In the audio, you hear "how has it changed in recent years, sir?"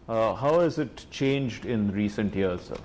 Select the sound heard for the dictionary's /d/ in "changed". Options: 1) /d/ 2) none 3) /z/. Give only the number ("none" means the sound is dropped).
1